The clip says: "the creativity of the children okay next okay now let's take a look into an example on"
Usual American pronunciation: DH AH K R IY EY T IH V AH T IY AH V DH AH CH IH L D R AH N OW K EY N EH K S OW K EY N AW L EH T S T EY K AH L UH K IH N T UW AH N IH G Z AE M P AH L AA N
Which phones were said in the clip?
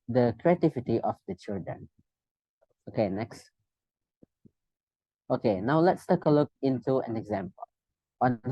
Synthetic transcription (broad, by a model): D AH K R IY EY T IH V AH T IY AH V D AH CH IH L D R AH N OW K EY N EH K S OW K EY N AW L EH T S T EY K AH L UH K IH N T UW AH N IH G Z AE M P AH L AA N